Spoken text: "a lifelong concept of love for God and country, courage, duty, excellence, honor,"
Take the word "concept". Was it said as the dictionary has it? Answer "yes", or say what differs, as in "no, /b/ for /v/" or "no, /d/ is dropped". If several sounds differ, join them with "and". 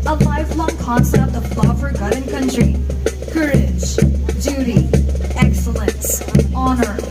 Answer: no, /p/ is dropped